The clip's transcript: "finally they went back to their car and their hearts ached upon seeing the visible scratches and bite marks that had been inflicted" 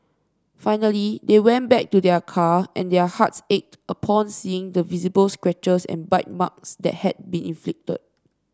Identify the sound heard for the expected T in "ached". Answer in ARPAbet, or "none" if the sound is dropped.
T